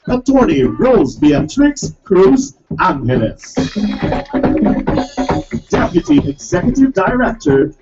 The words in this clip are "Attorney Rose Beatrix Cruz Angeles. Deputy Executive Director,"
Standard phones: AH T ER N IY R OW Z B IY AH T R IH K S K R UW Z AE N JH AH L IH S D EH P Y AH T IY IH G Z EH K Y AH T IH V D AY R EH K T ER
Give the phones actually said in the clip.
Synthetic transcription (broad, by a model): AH T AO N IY R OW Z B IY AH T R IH K S K R UW Z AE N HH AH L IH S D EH P Y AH T IY IH G Z EH K Y AH T IH V D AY R EH K T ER